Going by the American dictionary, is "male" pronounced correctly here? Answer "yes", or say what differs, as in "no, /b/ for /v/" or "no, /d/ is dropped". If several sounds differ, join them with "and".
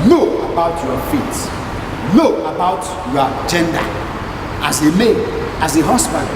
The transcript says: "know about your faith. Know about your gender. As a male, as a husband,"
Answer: no, /n/ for /l/